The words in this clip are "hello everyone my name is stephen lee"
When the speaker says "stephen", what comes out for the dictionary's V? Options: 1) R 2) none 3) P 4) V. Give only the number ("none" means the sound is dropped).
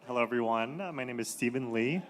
4